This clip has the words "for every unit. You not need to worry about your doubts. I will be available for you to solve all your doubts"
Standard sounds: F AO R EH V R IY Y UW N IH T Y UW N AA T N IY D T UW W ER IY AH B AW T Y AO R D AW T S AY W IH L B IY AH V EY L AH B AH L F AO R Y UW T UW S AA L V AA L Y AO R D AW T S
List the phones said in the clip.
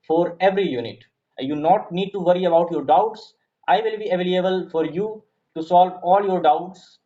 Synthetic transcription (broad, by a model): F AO R EH V R IY Y UW N IH T Y UW N AA T N IY D T UW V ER IY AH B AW T Y AO R D AW T S AY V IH L B IY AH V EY L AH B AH L F AO R Y UW T UW S AA L V AA L Y AO R D AW T S